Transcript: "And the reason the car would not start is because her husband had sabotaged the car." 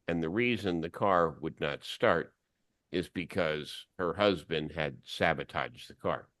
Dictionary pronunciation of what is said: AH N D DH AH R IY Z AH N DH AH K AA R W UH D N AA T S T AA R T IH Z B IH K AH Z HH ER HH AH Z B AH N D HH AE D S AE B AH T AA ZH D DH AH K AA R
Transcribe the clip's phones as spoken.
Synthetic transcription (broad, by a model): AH N DH AH R IY Z AH N DH AH K AA R W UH D N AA T S T AA R T IH Z B IH K AH Z HH ER HH AH Z B AH N D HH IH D S AE B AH T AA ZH DH AH K AA R